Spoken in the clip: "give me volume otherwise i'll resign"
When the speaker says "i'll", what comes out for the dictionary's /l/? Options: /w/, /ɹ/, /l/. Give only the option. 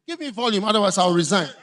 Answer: /w/